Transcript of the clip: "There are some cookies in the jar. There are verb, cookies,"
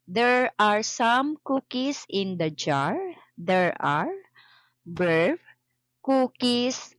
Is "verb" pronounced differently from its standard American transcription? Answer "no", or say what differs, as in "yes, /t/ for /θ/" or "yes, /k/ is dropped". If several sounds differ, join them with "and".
yes, /b/ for /v/